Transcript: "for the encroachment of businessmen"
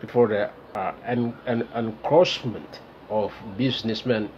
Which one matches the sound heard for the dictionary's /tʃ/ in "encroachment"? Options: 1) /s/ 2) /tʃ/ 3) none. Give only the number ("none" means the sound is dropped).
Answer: 1